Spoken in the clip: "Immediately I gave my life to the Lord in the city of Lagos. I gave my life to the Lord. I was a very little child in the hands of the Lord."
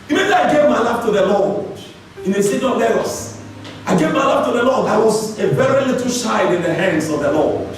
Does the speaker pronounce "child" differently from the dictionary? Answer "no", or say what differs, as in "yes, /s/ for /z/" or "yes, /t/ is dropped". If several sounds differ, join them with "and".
yes, /ʃ/ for /tʃ/ and /l/ is dropped